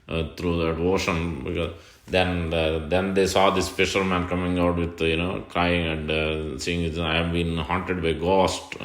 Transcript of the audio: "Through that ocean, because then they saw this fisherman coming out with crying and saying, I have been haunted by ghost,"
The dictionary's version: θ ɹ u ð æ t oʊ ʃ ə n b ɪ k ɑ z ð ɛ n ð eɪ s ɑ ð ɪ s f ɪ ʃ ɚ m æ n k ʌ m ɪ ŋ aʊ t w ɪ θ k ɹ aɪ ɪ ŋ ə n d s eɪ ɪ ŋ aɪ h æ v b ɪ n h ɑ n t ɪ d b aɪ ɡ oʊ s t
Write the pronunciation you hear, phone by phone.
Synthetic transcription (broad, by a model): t ɹ u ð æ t oʊ ʃ ə n b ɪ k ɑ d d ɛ n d eɪ s ɑ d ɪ s p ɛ ʃ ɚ m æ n k ʌ m ɪ ŋ aʊ t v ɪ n k ɹ aɪ ɪ ŋ ə n d s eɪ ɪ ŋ aɪ h æ v b ɪ n h ɑ n t ɪ d b aɪ ɡ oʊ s t